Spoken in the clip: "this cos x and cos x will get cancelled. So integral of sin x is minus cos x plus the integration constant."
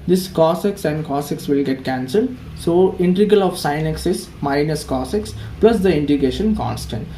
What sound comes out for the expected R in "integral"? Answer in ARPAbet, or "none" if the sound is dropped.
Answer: none